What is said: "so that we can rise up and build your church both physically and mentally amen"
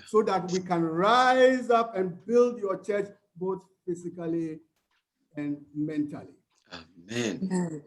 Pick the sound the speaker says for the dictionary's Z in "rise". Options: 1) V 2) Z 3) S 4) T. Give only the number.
2